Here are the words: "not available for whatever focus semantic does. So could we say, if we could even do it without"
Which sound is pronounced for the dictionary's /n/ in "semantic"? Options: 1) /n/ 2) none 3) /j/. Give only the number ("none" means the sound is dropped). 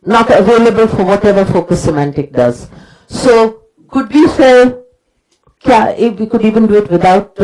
1